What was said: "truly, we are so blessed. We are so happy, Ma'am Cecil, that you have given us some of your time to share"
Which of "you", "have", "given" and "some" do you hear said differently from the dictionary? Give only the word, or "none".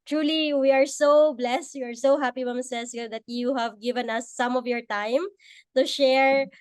none